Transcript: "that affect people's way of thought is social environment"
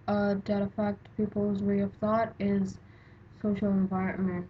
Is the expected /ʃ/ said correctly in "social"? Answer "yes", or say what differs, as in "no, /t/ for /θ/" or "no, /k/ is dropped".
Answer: yes